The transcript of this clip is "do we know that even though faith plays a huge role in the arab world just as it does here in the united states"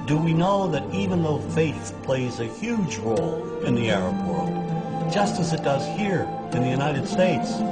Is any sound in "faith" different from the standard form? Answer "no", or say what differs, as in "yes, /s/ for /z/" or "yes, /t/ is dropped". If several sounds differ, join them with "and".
no